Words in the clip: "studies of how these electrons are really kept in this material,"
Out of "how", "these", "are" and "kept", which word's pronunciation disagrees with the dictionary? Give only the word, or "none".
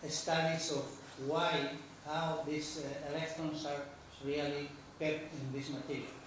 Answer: these